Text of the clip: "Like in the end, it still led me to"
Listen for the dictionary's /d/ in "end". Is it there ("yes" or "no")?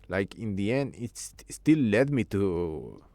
no